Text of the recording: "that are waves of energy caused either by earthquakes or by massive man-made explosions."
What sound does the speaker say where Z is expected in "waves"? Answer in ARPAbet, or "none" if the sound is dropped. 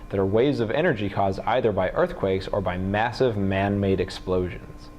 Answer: Z